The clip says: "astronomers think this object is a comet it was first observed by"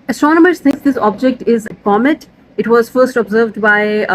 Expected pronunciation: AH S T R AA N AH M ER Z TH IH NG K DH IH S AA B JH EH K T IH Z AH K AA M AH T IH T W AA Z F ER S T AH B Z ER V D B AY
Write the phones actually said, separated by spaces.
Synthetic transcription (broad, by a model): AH S T R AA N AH M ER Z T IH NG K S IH S AA B JH EH K T IH Z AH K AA M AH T IH T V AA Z F ER S T AH B Z ER V D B AY